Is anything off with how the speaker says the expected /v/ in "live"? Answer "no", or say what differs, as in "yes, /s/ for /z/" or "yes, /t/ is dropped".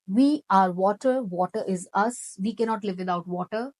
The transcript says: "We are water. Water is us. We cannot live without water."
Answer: no